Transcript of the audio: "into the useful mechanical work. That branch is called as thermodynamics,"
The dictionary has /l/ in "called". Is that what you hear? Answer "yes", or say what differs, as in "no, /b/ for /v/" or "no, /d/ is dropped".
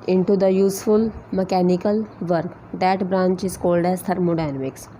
yes